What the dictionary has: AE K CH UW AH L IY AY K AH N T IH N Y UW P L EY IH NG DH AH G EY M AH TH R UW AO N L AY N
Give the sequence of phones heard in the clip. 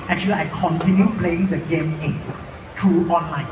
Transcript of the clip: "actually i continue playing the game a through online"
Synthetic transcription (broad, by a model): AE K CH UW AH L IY AY K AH N T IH N Y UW P L EY IH NG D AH G EY M AH T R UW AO N L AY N